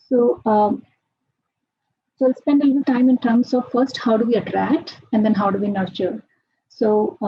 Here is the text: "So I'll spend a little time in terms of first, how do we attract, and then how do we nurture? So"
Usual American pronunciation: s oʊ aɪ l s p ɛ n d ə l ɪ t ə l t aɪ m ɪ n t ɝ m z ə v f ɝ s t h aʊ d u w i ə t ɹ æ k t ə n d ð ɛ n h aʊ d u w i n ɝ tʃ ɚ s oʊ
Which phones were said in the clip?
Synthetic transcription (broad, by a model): s oʊ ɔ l s p ɛ n d ə l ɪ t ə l t aɪ m ɪ n t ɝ m s ə v f ɝ s t h aʊ d u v i ə t ɹ æ k t ə n d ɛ n h aʊ d u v i n ɝ tʃ ɚ s oʊ